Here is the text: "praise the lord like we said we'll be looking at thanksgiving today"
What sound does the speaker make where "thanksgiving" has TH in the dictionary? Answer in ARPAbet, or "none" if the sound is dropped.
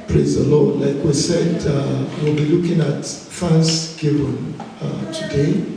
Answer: F